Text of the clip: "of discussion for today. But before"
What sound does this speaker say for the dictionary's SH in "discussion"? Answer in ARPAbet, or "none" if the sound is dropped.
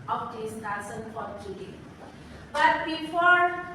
S